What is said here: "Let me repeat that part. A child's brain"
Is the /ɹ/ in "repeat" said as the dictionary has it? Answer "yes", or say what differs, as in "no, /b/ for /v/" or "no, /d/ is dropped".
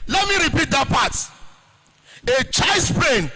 yes